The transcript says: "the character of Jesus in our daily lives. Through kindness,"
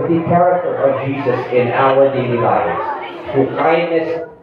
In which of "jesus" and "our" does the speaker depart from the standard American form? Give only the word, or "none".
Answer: our